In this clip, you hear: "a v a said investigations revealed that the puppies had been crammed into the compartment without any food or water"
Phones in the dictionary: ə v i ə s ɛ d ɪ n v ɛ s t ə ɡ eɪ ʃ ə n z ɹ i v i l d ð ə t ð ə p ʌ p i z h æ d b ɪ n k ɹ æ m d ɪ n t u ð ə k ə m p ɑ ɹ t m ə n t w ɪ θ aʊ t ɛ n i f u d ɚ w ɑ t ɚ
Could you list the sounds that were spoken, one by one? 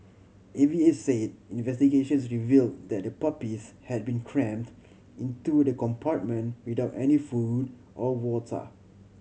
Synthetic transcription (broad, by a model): ə v i ə s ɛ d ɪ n v ɛ s t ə ɡ eɪ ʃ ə n s ɹ i v i l d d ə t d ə p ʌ p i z h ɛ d b ɪ n k ɹ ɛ m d ɪ n t u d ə k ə m p ɑ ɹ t m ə n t w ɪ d aʊ t ɛ n i f u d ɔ w ɑ t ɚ